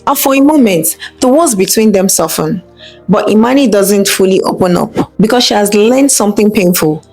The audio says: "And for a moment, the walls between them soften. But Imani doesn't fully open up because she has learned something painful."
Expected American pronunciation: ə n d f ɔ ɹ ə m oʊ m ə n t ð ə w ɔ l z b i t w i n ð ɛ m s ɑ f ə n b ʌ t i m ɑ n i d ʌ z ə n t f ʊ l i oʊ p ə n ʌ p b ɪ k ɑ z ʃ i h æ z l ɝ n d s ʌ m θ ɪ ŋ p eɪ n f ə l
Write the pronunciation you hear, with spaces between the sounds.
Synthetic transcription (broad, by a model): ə f ɔ ɹ ə m oʊ m ə n t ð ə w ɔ z b i t w i n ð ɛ m s ɑ f ə n b ʌ t i m ɑ n i d ʌ z ə n t f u l i oʊ p ə n ʌ p b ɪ k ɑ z ʃ i h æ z l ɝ n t s ʌ m θ ɪ ŋ p eɪ n f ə l